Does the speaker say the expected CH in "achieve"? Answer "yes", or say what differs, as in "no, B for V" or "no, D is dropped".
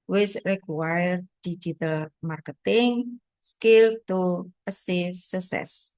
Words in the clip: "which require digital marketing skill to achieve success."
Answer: no, S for CH